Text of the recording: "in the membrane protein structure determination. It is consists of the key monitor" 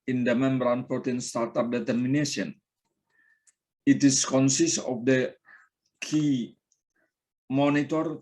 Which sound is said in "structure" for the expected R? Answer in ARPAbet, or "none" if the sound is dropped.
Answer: none